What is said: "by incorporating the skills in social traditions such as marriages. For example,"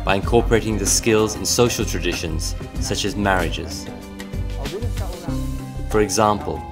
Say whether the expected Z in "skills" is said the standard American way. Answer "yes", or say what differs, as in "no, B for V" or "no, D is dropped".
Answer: yes